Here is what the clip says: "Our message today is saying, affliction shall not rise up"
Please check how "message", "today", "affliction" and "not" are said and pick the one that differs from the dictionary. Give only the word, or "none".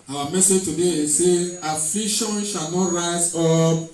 affliction